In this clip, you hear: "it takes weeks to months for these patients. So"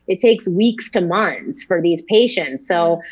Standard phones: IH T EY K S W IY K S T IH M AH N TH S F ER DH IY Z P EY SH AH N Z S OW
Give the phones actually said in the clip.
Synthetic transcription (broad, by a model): IH T EY K S W IY K S T IH M AH N TH S F ER DH IY Z P EY SH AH N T S OW